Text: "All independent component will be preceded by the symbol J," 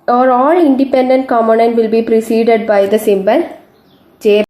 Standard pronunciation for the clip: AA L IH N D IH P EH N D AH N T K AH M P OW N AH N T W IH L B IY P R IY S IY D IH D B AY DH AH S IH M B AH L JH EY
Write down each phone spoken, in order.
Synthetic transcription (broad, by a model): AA L IH N D IH P EH N D AH N T K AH M OW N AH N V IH L B IY P R IY S IY D IH D B AY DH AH S IH M B AH L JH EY